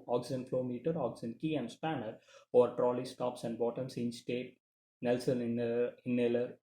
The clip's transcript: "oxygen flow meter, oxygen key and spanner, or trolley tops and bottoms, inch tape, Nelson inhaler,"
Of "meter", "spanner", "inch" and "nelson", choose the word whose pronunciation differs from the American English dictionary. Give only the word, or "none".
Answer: inch